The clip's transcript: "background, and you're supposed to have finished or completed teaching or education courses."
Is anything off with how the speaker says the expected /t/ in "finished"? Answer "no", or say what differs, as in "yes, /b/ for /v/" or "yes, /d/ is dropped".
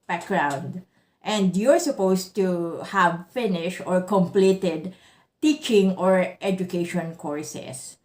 no